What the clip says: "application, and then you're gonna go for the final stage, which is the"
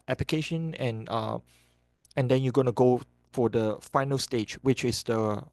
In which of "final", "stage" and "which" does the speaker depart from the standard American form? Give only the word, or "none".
none